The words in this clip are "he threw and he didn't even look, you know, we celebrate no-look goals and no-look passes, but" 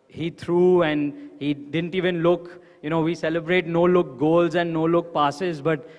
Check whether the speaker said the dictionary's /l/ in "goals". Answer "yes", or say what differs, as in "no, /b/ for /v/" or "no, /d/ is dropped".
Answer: yes